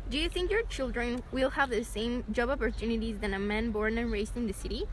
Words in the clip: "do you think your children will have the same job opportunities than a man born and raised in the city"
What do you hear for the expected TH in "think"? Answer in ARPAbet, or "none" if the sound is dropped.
TH